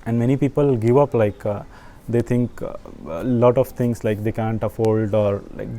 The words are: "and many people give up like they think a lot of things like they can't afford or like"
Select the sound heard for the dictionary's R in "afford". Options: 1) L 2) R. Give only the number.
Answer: 1